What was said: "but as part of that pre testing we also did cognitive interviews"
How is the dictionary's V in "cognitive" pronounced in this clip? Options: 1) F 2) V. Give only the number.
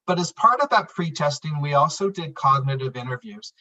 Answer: 2